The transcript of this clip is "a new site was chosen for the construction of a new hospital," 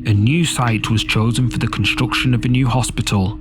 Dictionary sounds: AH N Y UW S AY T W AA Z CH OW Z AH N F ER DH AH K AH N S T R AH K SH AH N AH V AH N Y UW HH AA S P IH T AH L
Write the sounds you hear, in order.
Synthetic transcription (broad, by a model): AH N Y UW S AY T W AA Z CH OW Z AH N F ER DH AH K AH N S T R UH K SH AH N AH V AH N Y UW HH AA S P IH T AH L